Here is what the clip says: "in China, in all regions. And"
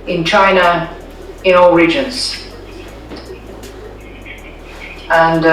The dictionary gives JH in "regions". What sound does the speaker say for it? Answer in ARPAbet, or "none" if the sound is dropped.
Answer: JH